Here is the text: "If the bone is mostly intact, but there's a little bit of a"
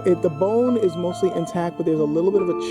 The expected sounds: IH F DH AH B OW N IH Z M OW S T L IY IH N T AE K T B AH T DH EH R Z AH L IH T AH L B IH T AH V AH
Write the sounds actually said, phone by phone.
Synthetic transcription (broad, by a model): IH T DH AH B OW N IH Z M OW S T L IY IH N T AE K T B AH T DH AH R Z AH L IH T L B IH T AH V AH